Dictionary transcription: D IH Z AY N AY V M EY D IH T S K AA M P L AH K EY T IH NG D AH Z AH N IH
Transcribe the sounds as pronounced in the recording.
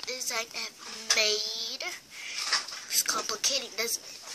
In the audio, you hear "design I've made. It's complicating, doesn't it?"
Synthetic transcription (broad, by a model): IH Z AY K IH M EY IH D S K AA M P L AH K EY T IH NG D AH Z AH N